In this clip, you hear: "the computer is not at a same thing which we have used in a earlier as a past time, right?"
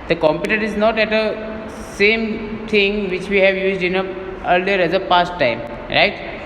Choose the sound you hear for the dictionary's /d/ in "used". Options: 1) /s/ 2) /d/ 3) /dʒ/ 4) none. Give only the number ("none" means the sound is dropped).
2